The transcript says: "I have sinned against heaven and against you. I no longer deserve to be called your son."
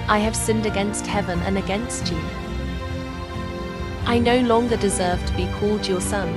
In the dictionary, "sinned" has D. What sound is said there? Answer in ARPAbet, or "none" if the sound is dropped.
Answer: D